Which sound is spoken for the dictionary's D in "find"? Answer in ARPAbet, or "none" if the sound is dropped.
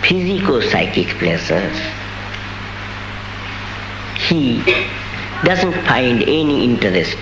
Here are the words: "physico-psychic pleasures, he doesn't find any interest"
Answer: D